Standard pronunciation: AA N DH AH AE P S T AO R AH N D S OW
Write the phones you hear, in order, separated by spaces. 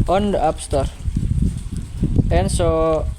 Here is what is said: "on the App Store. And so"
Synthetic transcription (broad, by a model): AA N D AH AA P S T AO R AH N S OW